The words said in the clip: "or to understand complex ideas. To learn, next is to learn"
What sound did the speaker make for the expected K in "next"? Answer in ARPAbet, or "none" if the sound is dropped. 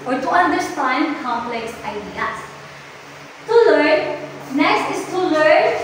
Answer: none